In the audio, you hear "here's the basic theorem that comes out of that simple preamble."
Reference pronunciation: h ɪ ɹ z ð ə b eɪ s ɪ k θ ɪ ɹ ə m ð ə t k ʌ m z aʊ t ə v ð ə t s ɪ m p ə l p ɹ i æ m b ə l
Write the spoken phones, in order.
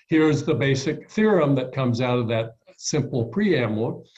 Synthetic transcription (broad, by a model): h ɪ ɹ z ð ə b eɪ s ɪ k θ ɪ ɹ ə m ð ə t k ʌ m z aʊ t ə v ð ə t s ɪ m p l p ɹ i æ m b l